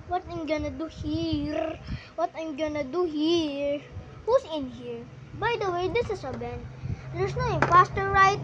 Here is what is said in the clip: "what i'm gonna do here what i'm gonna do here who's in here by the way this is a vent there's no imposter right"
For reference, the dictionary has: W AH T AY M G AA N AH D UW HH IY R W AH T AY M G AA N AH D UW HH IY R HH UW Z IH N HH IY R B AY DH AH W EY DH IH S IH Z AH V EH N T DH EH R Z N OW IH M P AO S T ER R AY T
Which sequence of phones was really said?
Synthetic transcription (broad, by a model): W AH T AY M G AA N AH D UW HH IY R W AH T AY M G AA N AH D UW HH IY R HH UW S IH N HH IY R B AY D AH W EY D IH S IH S AH B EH N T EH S N OW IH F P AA S T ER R AY T